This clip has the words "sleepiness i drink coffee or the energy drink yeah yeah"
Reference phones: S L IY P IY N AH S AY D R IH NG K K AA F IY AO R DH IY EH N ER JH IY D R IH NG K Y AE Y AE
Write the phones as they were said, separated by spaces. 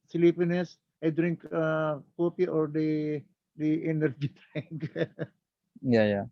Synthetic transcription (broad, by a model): S L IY P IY N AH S AY D R IH NG K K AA P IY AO R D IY EH N ER JH IY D R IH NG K Y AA Y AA